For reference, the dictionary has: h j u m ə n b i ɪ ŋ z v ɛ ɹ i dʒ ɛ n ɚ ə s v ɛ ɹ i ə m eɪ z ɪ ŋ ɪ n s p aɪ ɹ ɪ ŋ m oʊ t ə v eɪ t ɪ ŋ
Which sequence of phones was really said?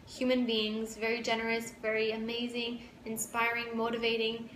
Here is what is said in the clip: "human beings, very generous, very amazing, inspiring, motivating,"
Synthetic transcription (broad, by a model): h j u m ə n b i ɪ ŋ z v ɛ ɹ i dʒ ɛ n ɚ ə s v ɛ ɹ i ə m eɪ z ɪ ŋ ɪ n s p aɪ ɹ ɪ ŋ m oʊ t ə v eɪ t ɪ ŋ